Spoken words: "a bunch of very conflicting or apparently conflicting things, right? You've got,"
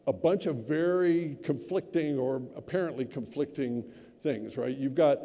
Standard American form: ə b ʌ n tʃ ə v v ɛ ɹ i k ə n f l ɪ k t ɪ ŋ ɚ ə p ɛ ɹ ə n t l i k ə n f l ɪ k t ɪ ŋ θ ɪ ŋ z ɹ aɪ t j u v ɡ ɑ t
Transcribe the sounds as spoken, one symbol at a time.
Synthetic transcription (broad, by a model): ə b ʌ n tʃ ə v v ɛ ɹ i k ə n f l ɪ k t ɪ ŋ ɚ ə p ɛ ɹ ə n t l i k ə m f l ɪ k t ɪ ŋ θ ɪ ŋ z ɹ aɪ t j u v ɡ ɑ t